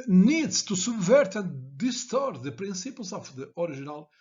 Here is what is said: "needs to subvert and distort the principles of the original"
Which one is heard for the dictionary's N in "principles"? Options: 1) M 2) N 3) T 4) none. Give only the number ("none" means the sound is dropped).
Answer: 4